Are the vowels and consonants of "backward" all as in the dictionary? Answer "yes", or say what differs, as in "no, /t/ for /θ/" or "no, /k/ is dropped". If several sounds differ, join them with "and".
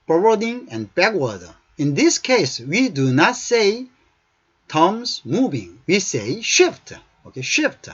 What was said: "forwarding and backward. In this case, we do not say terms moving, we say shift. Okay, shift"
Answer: no, /d/ is dropped